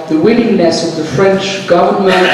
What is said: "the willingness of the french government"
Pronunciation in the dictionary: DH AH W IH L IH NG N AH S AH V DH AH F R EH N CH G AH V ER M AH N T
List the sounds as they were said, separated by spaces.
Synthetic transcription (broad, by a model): DH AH W IH N IH NG N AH S AH V DH AH F R EH N CH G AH V ER M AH N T